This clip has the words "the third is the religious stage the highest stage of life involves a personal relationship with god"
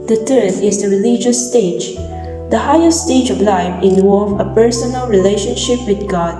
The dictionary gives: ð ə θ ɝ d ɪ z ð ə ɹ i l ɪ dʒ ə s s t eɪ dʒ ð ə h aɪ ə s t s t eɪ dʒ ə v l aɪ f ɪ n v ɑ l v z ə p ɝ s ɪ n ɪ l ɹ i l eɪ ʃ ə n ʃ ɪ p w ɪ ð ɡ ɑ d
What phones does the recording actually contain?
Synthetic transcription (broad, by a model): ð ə t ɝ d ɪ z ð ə ɹ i l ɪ dʒ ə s s t eɪ dʒ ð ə h aɪ ə s t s t eɪ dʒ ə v l aɪ f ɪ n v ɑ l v ə p ɝ s ɪ n ɪ l ɹ i l eɪ ʃ ə n ʃ ɪ p w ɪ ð ɡ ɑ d